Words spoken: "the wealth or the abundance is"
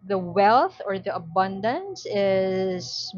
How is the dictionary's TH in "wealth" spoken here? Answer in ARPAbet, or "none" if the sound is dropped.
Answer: TH